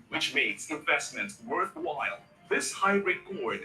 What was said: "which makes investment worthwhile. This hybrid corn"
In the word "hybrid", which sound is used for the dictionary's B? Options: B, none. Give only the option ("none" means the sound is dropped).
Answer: none